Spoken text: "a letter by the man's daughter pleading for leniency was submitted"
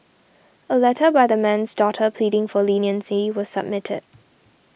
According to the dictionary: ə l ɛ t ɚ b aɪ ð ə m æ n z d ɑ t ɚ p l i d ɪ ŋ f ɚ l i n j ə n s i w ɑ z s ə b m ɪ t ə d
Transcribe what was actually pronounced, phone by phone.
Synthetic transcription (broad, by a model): ə l ɛ t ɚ b aɪ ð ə m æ n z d ɑ t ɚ p l i d ɪ ŋ f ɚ l i n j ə n s i w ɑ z s ə b m ɪ t ə d